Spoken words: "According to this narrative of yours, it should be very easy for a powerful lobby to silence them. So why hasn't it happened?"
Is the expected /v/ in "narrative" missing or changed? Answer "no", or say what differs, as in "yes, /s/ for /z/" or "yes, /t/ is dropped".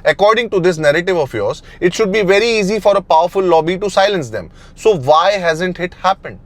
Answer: no